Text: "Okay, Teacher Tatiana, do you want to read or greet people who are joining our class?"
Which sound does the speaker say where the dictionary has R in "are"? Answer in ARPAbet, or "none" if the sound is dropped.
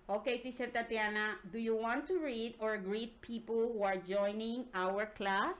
R